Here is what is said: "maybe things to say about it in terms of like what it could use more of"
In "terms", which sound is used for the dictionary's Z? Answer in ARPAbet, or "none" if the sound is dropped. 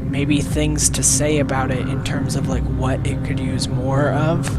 Z